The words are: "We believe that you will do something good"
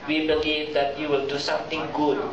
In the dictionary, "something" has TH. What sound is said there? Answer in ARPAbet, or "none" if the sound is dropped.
T